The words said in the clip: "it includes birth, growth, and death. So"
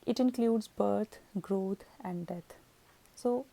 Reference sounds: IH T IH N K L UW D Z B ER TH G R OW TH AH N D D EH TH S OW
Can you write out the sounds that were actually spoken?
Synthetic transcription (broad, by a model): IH T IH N K L UW D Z B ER T G R OW T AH N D D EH T S OW